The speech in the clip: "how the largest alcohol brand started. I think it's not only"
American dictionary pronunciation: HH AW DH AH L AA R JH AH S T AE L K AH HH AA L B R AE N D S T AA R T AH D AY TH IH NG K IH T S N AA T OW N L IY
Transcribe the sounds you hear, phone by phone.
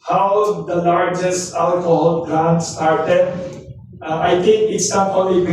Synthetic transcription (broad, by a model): HH AW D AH L AA R JH AH S T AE L K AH HH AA L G R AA N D S T AA R T AH D AY T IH NG K IH T S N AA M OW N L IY